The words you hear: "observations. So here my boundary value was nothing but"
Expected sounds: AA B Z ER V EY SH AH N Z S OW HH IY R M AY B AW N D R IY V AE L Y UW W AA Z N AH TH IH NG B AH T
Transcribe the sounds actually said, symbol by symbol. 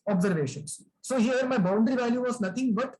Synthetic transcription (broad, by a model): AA B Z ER V EY SH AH N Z S OW HH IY R M AY B AW N D R IY V AE L Y UW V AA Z N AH T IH NG B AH T